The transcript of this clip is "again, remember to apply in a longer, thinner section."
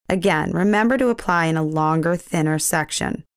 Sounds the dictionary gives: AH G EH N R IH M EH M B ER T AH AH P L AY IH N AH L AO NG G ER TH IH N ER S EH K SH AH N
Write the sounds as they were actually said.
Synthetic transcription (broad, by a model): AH G EH N R IH M EH M B ER T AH AH P L AY IH N AH L AO NG G ER TH IH N ER S EH K SH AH N